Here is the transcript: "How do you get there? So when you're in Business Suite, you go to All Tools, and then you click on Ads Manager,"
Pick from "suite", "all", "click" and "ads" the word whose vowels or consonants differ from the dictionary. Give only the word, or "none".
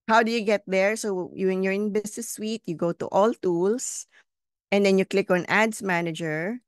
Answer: ads